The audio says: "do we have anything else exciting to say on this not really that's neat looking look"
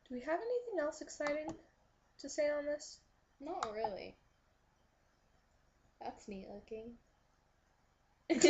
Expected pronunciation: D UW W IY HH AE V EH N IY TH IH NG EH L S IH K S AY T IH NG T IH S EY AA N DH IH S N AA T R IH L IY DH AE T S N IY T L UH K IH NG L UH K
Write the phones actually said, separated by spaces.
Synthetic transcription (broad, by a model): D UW W IY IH V EH N IY TH IH NG EH L S IH K S AY T IH NG T IH S EY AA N DH IH S N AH T R IH L IY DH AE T S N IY L UH K IH NG